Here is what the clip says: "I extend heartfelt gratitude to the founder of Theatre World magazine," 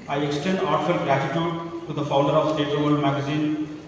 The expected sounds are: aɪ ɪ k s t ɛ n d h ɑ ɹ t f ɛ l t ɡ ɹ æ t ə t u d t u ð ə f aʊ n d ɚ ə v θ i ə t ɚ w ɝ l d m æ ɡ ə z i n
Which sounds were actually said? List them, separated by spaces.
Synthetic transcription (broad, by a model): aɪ ɪ k s t ɛ n d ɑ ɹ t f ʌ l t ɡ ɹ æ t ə t u d t u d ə f aʊ n d ɚ ə v s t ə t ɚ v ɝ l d m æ ɡ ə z i n